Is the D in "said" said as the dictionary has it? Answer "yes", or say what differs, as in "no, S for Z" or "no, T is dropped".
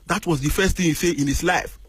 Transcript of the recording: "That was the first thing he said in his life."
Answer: no, D is dropped